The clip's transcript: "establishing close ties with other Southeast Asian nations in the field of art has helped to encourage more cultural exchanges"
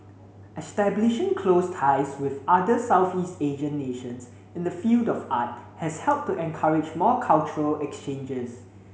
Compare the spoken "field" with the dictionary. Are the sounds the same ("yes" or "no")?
yes